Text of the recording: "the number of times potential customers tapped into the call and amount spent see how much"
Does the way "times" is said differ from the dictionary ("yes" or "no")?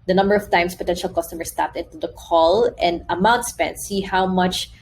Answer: yes